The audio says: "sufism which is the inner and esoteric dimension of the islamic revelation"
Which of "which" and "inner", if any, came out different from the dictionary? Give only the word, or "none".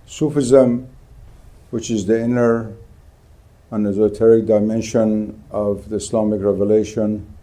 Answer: none